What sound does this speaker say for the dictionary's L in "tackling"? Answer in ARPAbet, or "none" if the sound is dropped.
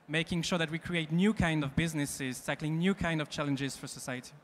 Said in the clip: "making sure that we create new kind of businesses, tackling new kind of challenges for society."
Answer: L